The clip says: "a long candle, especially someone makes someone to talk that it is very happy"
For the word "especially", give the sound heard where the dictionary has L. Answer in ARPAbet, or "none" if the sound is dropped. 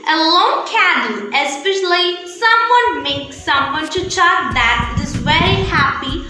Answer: L